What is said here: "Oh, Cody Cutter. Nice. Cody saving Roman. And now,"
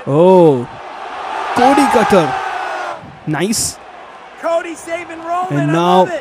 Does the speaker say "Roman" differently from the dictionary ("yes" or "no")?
yes